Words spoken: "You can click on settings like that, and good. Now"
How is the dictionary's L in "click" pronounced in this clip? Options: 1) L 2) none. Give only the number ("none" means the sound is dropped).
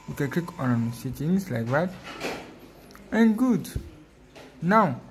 2